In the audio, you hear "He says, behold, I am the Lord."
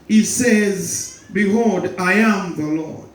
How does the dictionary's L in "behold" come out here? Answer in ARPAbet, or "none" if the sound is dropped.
none